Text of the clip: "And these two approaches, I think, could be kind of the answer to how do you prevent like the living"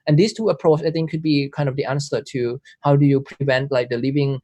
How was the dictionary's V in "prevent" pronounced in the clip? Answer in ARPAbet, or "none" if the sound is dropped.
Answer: V